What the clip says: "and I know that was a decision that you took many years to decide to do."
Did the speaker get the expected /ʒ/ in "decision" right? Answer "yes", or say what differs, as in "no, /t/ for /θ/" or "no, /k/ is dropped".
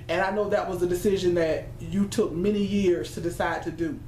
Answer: yes